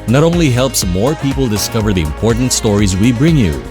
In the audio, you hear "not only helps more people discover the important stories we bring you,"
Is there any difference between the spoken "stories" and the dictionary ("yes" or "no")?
no